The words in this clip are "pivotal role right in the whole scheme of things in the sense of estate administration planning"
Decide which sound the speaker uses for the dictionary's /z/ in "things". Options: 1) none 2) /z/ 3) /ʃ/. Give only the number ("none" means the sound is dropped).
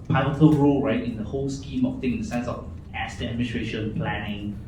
1